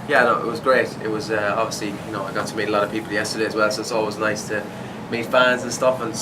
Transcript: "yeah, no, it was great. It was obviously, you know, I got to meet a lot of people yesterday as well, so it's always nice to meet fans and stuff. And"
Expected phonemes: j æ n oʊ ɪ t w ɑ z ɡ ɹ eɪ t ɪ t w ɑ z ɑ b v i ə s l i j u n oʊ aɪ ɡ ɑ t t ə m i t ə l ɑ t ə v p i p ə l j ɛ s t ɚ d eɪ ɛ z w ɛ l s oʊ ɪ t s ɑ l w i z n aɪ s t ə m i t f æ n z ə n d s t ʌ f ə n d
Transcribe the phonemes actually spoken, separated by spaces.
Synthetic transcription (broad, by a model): j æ n oʊ ɪ t w ɑ z ɡ ɹ eɪ t ɪ t w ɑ z ɑ b v i ə s l i j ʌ n oʊ aɪ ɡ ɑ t t ə m i t ə l ɑ t ə v p i p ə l j ɛ s t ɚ d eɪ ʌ z w ɛ l s oʊ ɪ t s ɑ l w i z n aɪ s t ə m i t f æ n z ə n s t ʌ f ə n